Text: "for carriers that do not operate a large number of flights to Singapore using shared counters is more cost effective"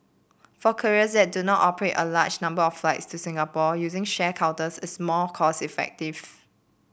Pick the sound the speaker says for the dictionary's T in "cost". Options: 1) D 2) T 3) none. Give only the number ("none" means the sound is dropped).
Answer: 3